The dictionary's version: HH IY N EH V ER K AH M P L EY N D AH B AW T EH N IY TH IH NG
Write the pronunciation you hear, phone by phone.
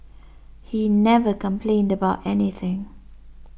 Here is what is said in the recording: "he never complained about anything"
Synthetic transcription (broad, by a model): HH IY N EH V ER K AH M P L EY N D AH B AW T EH N IY TH IH NG